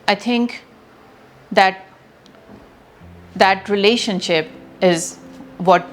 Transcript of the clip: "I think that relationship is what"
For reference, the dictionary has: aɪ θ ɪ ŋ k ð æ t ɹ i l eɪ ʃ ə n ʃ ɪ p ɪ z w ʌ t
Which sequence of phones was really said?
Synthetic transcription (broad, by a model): aɪ t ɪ ŋ k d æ t ɹ i l eɪ ʃ ə n ʃ ɪ p ɪ z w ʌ t